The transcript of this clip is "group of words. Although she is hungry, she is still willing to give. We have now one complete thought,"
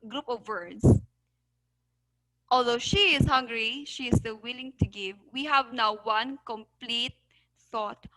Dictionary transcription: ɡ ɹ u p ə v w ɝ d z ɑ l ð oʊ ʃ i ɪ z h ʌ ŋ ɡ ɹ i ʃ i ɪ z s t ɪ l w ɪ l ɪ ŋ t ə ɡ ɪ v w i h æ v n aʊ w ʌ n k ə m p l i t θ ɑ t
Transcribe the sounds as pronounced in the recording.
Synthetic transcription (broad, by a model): ɡ ɹ u p ə v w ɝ d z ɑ l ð oʊ ʃ i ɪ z h ʌ ŋ ɡ ɹ i ʃ i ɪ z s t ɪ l w ɪ l ɪ ŋ t ə ɡ ɪ v w i h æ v n aʊ w ʌ n k ə m p l i t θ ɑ t